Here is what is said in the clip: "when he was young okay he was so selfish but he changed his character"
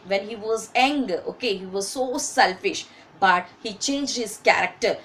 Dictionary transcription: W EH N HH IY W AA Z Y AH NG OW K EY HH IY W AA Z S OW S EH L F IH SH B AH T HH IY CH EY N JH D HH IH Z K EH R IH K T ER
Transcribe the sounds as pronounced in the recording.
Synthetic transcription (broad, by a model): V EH N HH IY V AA Z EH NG OW K EY HH IY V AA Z S OW S EH L F IH SH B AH T HH IY CH EY N JH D HH IH Z K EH R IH K T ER